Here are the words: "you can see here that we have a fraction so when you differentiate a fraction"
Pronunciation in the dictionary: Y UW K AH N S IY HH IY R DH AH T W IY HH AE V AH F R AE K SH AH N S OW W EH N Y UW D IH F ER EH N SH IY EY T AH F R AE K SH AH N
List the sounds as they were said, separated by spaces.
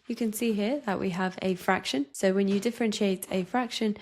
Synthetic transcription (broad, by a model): Y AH K AH N S IY HH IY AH DH AH T W IY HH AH V AH F R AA K SH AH N S OW W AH N Y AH D IH F ER EH N SH IY EY T AH F R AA K SH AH N